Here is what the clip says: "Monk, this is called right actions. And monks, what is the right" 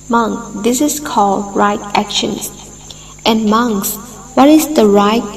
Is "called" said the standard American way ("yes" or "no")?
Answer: yes